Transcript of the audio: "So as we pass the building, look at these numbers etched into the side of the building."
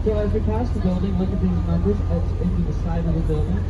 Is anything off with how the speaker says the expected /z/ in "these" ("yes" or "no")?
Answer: no